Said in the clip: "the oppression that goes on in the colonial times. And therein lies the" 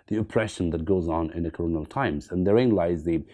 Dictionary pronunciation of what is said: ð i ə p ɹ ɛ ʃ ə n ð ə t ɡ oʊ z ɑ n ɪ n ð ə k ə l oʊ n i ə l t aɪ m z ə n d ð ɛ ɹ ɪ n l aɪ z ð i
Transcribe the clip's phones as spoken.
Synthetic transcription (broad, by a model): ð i ə p ɹ ɛ ʃ ə n ð ə t ɡ oʊ z n ɪ n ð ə k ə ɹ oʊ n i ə l t aɪ m z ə n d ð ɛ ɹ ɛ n l aɪ z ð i